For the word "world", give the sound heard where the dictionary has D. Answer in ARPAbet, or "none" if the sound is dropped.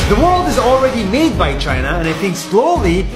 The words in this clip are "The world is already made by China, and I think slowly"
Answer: D